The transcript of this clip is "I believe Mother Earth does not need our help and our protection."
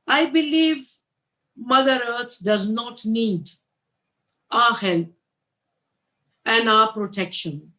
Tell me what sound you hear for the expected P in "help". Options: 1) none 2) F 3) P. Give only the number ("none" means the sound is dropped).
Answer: 1